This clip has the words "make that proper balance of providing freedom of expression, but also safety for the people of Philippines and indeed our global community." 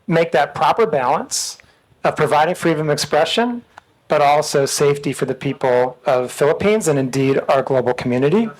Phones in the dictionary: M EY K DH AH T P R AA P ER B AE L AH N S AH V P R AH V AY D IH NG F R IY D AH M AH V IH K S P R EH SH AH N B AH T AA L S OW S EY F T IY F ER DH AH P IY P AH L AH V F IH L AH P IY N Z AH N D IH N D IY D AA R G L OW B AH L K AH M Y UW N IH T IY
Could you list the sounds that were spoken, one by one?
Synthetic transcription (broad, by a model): M EY K DH AH T P R AA P ER B AE L AH N S AH V P R AH V AY D IH NG F R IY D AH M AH IH K S P R EH SH AH N B AH T AA L S OW S EY F T IY F ER DH AH P IY P L AH V F IH L AH P IY N Z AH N IH N D IY D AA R G L OW B L K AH M Y UW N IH T IY